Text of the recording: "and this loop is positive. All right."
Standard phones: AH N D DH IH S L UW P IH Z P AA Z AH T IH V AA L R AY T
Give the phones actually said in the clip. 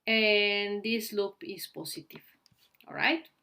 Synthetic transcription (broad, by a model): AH N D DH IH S L UW P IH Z P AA S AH T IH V AA L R AY T